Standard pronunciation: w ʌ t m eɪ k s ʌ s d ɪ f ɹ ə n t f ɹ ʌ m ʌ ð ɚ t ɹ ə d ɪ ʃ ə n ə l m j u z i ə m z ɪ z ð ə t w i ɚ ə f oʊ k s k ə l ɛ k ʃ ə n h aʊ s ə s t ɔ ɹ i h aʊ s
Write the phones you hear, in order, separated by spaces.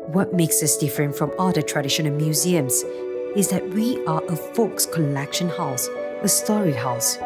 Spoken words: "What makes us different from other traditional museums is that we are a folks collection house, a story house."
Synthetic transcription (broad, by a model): w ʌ t m eɪ k s ʌ s d ɪ f ɹ ə n t f ɹ ʌ m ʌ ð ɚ t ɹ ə d ɪ ʃ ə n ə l m j u z i ə m z ɪ z ð ə t w i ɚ ə f oʊ k s k ə l ɛ k ʃ ə n h aʊ s ə s t ɔ ɹ i h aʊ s